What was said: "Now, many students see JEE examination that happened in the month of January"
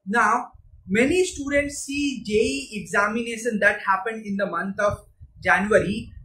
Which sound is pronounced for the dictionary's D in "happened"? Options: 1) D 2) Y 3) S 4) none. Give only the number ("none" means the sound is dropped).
1